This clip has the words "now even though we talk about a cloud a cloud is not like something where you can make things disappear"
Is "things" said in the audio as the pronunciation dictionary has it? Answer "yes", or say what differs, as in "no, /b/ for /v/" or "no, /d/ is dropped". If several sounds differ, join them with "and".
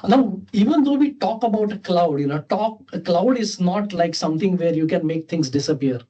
no, /t/ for /θ/ and /s/ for /z/